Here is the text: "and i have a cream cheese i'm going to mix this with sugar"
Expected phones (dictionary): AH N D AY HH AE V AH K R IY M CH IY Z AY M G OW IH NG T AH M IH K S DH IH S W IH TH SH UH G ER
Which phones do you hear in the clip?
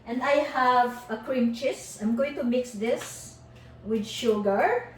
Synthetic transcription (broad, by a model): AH N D AY HH AE V AH K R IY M CH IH S AY M G OW IH NG T AH M IH K S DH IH S W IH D SH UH G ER